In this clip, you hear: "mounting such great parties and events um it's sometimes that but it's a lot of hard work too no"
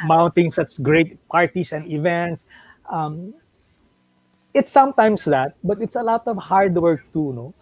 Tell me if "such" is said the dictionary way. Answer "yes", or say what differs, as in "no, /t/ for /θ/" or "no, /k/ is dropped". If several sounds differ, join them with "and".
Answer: no, /s/ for /tʃ/